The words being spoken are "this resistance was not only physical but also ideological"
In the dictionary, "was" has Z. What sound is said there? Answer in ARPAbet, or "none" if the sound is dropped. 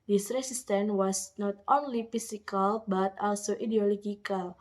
S